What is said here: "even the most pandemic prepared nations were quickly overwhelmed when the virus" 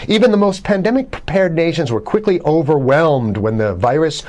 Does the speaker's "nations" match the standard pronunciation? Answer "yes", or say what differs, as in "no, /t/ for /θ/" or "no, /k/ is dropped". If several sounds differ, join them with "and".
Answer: yes